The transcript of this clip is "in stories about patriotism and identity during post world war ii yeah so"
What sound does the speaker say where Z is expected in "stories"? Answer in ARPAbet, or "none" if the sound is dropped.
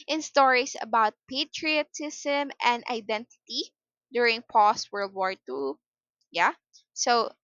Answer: S